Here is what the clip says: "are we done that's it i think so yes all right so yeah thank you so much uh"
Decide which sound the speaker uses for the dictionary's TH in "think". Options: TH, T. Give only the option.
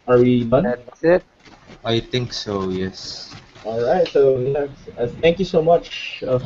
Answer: T